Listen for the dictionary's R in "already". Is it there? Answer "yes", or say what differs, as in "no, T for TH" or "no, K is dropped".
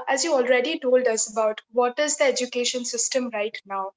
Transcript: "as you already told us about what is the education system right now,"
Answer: yes